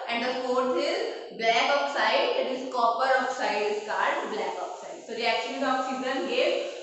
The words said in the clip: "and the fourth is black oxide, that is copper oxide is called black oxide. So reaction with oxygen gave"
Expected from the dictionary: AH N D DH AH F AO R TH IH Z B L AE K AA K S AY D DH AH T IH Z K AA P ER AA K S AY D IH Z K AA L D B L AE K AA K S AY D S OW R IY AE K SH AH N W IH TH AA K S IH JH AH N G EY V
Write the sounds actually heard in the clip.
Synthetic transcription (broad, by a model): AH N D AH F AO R T IH Z B L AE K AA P S AY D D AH T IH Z K AA P ER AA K S AY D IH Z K AA D B L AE K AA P S AY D S OW R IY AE K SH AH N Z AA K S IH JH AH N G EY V